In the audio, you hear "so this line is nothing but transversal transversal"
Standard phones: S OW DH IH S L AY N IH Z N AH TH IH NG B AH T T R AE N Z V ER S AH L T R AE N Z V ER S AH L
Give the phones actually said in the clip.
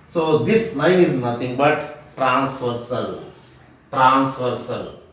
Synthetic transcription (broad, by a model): S OW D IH S N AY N IH Z N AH T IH NG B AH T T R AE N S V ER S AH L T R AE N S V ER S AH L